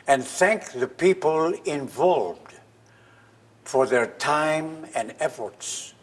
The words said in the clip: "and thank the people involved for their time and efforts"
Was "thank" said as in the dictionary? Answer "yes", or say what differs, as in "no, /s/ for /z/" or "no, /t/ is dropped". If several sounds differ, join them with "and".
yes